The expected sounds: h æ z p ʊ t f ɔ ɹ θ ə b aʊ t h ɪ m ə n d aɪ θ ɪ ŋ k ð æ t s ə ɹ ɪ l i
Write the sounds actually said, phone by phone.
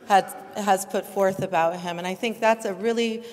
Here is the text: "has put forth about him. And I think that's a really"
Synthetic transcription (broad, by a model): h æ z p ʊ t f ɔ ɹ θ ə b aʊ t h ɪ m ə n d aɪ θ ɪ ŋ k ð æ t s ə ɹ ɪ l i